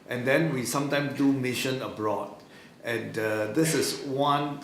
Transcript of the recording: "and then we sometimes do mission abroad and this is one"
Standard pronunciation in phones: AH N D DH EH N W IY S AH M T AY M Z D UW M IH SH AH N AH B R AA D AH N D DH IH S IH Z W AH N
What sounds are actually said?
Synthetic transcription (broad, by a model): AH N D EH N W IY S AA M T AY M S D UW M IH SH AH N AH B R AA D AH N D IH S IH S W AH N